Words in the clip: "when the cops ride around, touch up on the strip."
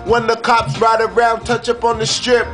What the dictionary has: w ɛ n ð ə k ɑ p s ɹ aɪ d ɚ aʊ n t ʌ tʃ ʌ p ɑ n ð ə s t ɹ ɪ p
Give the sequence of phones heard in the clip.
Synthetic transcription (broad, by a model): w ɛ n ð ə k ɑ p s ɹ aɪ d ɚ aʊ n t ʌ tʃ ʌ p n ð ə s t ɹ ɪ p